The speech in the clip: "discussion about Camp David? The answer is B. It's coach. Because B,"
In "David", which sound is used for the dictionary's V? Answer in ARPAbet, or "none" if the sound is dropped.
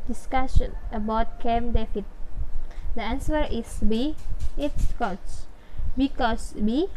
F